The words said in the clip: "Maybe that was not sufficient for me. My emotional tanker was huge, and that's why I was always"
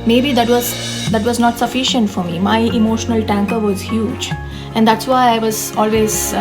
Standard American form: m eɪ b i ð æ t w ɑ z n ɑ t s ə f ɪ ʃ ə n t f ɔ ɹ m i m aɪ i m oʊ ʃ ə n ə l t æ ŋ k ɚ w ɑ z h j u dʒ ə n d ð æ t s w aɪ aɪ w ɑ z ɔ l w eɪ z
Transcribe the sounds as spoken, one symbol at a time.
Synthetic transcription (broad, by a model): m eɪ b i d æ t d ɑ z n ɑ t s ə f ɪ ʃ ə n t f ɔ ɹ m i m aɪ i m oʊ ʃ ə n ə l t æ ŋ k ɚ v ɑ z h j u dʒ ə n d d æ t s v aɪ aɪ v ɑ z ɔ l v eɪ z